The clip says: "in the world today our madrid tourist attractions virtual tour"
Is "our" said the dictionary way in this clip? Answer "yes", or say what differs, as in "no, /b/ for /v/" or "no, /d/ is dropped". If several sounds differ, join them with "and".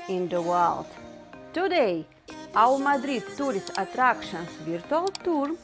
no, /w/ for /ɹ/